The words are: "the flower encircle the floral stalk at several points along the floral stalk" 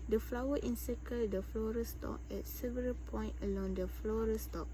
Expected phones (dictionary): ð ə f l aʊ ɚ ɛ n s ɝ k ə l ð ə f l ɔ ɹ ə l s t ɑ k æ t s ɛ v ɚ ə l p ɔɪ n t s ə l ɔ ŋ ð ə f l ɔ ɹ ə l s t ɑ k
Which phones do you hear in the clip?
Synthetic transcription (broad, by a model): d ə f l aʊ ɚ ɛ n s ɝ k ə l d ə f l ɔ ɹ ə s t ɑ k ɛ t s ɛ v ɚ ə l p ɔɪ n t ə l ɔ ŋ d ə f l ɔ ɹ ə s t ɑ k